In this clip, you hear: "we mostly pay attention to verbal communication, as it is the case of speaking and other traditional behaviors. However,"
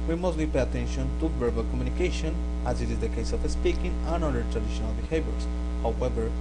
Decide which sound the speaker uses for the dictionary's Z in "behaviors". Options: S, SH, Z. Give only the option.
S